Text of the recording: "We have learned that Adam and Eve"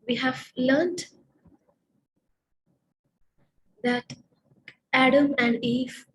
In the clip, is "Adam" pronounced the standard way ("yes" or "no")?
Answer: yes